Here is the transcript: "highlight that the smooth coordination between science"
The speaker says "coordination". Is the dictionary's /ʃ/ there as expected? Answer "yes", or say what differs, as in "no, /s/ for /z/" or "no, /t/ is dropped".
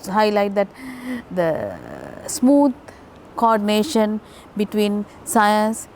yes